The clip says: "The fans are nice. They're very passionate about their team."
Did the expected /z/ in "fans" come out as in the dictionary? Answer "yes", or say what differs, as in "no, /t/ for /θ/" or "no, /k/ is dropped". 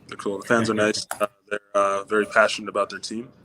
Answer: yes